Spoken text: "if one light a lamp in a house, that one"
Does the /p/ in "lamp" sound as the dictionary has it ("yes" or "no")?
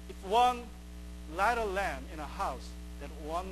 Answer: no